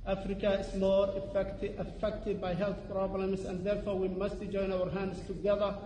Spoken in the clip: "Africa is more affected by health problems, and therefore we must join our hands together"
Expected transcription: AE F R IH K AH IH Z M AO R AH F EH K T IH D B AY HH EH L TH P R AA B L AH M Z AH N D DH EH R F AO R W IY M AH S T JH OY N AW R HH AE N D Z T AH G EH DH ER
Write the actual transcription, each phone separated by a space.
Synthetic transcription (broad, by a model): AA F R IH K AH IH S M AO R AH F EH K T IH D B AY HH EH L TH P R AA B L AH M S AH N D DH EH R F AO R W IY M AH S T JH OY N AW R HH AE N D S T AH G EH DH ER